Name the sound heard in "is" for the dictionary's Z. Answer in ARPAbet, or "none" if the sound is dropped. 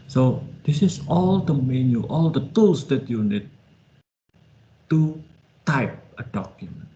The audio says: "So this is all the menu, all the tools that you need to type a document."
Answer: S